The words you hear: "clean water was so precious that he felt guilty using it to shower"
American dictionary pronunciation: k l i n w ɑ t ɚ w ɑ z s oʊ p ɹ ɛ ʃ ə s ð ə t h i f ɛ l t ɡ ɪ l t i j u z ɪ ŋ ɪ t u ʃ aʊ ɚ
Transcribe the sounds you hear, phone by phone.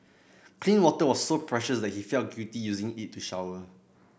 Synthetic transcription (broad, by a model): k l i n w ɑ t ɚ w ɑ s oʊ p ɹ ɛ ʃ ə s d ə t h i f ɛ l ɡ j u t i j u z ɪ ŋ ɪ t u ʃ aʊ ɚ